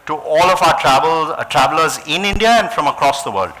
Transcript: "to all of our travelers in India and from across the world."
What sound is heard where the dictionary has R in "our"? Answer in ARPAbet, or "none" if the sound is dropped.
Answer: L